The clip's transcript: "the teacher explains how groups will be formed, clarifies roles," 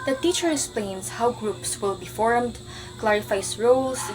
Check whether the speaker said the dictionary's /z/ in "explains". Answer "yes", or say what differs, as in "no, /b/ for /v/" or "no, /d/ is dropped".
no, /s/ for /z/